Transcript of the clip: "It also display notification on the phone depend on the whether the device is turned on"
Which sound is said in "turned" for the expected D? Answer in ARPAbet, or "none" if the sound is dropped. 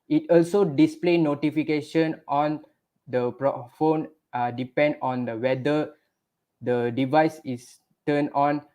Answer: none